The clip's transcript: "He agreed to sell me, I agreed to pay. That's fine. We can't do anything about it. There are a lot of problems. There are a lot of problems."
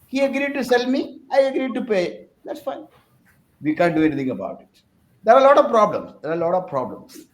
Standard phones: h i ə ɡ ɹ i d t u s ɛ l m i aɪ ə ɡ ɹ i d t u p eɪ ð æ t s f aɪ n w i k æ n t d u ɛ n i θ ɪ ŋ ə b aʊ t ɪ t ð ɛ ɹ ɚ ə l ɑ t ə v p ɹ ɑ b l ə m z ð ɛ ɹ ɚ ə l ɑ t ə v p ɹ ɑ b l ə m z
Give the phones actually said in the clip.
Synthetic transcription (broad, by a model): h i ə ɡ ɹ i d t u s ɛ l m i aɪ ə ɡ ɹ i d t u p eɪ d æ t s f aɪ n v i k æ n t d u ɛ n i t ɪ ŋ ə b aʊ t ɪ t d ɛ ɹ ə l ɑ t ə v p ɹ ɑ b l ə m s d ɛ ɹ ə l ɑ t ə v p ɹ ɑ b l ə m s